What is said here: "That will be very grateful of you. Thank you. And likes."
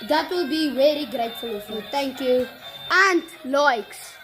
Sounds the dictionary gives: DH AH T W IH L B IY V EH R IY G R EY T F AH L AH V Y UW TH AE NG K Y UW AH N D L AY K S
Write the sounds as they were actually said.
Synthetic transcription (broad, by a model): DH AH T W IH L B IY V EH R IY G R EY T F AH L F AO T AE NG K Y UW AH N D L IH K S